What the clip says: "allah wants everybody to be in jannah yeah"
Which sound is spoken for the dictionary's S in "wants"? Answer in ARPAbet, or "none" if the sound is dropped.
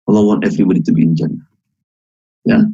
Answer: none